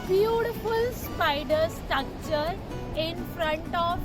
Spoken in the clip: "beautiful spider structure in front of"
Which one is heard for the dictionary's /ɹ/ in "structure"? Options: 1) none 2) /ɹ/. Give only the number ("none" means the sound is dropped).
1